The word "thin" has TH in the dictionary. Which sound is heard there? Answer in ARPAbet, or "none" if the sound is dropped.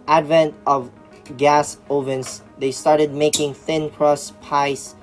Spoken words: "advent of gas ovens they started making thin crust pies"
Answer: TH